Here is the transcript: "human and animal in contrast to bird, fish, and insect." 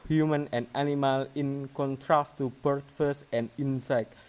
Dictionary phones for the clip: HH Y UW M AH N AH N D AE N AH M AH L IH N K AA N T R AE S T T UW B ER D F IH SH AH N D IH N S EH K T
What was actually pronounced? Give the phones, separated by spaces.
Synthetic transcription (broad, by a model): HH Y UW M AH N AH N D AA N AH M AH L IH N K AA N T R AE S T T UW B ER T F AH S AH N D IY N S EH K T